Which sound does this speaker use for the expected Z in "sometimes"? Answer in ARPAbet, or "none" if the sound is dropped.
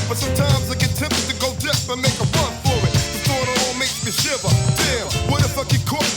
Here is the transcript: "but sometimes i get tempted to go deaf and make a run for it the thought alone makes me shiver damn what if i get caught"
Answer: Z